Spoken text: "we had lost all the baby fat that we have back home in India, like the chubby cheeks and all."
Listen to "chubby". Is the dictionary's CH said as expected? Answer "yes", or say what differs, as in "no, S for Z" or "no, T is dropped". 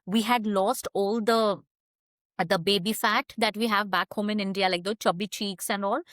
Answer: yes